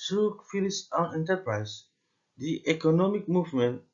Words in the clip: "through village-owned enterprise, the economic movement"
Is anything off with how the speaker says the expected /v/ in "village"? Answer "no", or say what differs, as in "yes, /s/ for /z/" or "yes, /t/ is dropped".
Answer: yes, /f/ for /v/